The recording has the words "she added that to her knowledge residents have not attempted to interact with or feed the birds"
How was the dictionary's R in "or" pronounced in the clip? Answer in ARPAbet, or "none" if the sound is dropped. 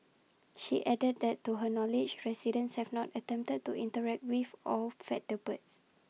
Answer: L